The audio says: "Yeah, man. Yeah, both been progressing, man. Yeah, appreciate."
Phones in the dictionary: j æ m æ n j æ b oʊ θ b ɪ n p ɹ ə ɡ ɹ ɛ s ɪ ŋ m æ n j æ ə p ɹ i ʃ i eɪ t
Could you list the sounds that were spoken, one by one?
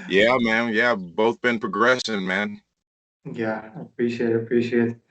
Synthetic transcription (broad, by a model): j æ m æ n j æ b oʊ θ b ɪ n p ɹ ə ɡ ɹ ɛ s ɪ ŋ m æ n j æ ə p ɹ i ʃ i eɪ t